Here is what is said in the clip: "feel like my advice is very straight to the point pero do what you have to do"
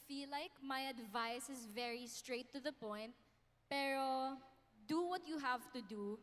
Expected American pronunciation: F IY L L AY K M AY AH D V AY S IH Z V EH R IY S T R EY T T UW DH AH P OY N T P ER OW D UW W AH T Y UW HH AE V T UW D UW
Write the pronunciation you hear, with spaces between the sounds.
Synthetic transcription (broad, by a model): F IY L L AY K M AY AH D V AY S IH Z V EH R IY S T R EY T T UW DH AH P OY N T P ER OW D UW W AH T Y UW HH AE V T UW D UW